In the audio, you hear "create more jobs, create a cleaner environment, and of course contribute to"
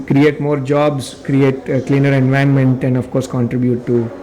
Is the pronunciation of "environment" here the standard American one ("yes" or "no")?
no